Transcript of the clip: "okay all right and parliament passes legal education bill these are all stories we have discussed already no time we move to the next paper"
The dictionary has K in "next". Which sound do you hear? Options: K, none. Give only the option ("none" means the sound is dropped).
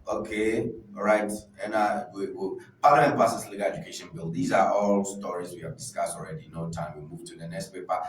K